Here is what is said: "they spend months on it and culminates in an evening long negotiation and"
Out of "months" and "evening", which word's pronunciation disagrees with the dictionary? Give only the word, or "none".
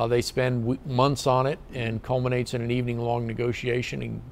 none